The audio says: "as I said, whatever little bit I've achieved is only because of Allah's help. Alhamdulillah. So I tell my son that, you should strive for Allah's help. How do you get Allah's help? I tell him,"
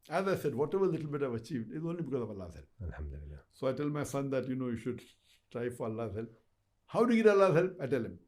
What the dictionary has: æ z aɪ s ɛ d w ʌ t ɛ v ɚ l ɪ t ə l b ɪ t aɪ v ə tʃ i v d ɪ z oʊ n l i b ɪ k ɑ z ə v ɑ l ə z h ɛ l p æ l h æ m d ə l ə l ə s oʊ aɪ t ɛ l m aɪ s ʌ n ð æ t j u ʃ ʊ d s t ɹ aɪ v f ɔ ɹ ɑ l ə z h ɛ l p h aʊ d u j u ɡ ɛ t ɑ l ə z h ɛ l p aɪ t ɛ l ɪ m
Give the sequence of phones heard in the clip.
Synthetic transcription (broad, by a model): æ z aɪ s ɛ d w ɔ t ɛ v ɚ l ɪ t l b ɪ t aɪ v ə tʃ i v d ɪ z oʊ n l i b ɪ k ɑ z ə v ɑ l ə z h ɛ l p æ l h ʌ m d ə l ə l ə s oʊ aɪ t ɛ l m aɪ s ʌ n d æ t j u ʃ ʊ d s t ɹ aɪ f ɔ ɹ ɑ l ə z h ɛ l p h aʊ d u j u ɡ ɛ t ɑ l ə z h ɛ l p aɪ t ɛ l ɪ m